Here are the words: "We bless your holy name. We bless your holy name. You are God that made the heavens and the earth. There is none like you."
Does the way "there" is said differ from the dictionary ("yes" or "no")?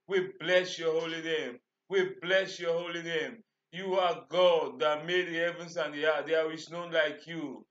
yes